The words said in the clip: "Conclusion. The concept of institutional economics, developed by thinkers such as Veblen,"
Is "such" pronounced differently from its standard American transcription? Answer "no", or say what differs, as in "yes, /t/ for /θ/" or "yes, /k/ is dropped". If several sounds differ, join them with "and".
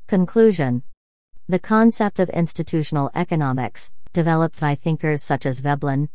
no